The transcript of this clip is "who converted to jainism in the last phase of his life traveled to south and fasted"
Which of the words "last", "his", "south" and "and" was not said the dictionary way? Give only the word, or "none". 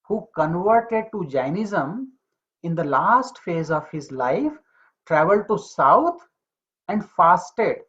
south